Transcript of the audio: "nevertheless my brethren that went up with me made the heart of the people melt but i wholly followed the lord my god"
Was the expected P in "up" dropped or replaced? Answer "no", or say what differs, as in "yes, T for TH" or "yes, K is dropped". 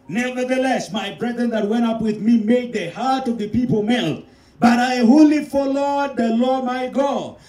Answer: no